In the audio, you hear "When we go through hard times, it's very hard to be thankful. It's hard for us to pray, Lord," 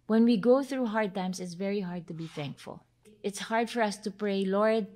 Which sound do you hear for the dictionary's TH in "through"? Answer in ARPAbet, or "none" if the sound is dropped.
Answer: TH